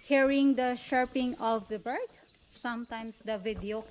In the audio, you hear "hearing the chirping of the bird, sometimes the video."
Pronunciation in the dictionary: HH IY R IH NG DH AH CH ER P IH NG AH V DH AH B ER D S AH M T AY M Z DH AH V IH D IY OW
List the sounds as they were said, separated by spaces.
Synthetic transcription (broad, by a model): HH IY R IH NG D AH SH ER P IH NG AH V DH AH B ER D S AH M T AY M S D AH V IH D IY OW